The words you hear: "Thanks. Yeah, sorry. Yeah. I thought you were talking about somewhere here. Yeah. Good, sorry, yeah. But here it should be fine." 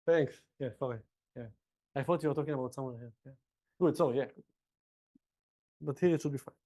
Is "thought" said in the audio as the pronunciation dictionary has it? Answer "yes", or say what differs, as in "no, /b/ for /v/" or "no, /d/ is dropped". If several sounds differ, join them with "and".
no, /f/ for /θ/